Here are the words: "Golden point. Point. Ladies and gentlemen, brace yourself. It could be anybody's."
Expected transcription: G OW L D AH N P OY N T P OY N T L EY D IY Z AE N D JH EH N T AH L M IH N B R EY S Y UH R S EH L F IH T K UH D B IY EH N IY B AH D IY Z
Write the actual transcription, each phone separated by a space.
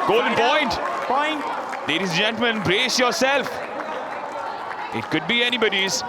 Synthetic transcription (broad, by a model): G OW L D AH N P OY N T P OY N T L EY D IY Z JH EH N T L M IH N B R EY S Y UH R S EH L F IH T K UH D B IY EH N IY B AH D IY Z